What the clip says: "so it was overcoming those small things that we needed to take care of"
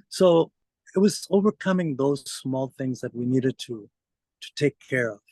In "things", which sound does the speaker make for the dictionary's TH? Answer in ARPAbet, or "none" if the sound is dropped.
TH